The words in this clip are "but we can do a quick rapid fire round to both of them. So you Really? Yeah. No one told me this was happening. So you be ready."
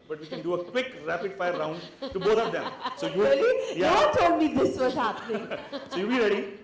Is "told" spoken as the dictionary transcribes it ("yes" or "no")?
no